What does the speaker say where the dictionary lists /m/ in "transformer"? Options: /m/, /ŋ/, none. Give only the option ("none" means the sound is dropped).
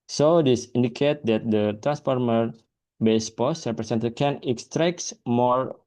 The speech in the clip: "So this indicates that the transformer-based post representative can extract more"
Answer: /m/